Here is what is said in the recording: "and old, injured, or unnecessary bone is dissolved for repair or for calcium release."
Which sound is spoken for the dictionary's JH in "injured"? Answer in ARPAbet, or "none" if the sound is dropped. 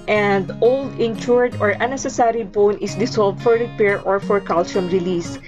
CH